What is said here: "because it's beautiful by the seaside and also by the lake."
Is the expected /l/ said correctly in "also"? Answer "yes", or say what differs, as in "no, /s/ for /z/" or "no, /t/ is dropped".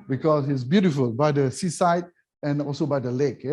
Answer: yes